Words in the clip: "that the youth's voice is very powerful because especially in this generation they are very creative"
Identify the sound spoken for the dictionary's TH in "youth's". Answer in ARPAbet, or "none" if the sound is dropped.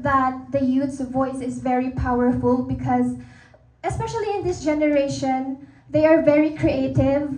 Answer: T